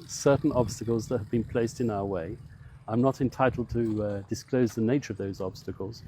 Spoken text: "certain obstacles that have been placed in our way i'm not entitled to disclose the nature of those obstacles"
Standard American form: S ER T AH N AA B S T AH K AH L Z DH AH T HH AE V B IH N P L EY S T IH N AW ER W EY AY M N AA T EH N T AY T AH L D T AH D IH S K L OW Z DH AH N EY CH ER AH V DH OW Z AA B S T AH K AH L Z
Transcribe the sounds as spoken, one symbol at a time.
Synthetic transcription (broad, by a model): S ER T N AA B S T AH K AH L Z DH AH T HH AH V B IH N P L EY S T IH N AW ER W EY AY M N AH T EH N T AY T L D T AH D IH S K L OW Z DH AH N EY CH ER AH V DH OW Z AA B S T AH K AH L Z